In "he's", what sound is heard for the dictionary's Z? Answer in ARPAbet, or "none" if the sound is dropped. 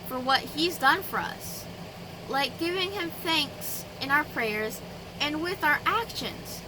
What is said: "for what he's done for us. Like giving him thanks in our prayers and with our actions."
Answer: Z